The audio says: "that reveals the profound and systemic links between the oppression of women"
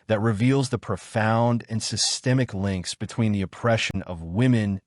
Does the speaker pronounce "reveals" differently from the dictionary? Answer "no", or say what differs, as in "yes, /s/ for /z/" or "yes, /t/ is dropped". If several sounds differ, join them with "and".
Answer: no